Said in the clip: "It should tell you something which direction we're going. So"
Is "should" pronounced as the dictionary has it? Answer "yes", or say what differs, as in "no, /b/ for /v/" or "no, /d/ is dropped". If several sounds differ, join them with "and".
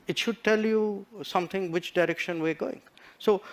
yes